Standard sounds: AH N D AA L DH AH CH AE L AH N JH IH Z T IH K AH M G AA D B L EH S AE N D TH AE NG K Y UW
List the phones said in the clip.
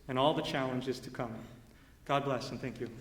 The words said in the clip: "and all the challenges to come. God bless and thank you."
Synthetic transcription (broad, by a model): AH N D AA L DH AH CH AE L AH N JH IH Z T IH K AH M G AA D B L EH S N TH AE NG K Y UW